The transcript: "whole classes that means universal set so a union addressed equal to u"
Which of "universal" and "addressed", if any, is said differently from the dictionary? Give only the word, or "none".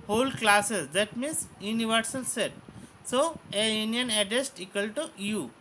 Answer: addressed